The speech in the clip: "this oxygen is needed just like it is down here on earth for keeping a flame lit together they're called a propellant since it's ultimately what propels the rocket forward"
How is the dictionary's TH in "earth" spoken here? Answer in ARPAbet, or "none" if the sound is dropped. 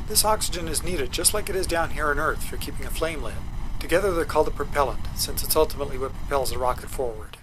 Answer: TH